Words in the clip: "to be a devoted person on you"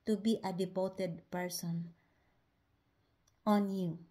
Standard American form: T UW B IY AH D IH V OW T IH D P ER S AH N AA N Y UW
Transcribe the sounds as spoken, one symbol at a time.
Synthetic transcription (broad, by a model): T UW B IY AH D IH P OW T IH D P ER S AH N AA N Y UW